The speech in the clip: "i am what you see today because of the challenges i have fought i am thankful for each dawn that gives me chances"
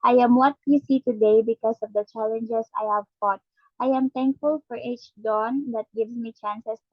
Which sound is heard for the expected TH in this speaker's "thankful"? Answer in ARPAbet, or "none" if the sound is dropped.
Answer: T